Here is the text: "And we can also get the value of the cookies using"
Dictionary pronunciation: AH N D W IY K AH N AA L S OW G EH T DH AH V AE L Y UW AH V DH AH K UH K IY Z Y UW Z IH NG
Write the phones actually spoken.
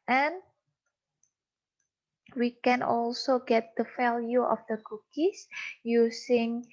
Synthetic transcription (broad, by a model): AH N W IY K AH N AA L S OW G EH T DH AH F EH L Y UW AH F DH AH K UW K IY S Y UW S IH NG